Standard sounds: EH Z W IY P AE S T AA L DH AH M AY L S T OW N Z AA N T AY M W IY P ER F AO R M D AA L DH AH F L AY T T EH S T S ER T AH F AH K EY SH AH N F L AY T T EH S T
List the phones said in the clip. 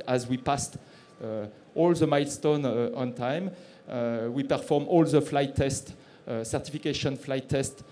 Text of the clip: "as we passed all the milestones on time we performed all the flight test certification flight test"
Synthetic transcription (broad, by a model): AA Z W IY P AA S T AA L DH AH M AY L S T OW N AA N T AY M W IY P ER F AO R M AA L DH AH F L AY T T EH S T S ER T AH F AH K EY SH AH N F L AY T T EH S T